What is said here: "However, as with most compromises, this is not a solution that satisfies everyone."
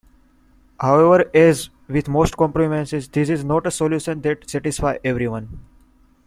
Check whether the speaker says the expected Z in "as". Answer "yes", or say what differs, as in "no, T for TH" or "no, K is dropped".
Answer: yes